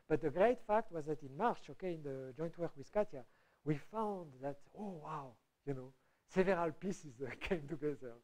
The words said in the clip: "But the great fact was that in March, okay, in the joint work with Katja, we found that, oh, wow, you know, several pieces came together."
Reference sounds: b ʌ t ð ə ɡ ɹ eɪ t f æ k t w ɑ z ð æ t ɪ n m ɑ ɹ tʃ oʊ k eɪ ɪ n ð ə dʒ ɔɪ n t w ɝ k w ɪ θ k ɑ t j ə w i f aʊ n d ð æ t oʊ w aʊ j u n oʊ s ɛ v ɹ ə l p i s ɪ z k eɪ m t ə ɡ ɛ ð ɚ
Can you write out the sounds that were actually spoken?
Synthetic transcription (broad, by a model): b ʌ t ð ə ɡ ɹ eɪ t f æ k t w ɑ z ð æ t ɪ n m ɑ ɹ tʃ oʊ k eɪ ɪ n ð ə dʒ ɔɪ n t w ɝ k w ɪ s k ɑ t j ə w i f aʊ n d ð æ t oʊ w aʊ j u n oʊ s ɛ v ɹ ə l p i s ɪ z k eɪ m t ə ɡ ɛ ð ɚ